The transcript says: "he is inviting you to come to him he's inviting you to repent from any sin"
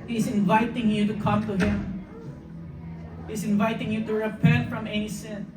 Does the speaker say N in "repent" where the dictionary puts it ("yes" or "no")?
yes